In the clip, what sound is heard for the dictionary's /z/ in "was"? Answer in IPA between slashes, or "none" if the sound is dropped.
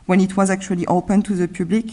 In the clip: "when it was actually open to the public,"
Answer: /z/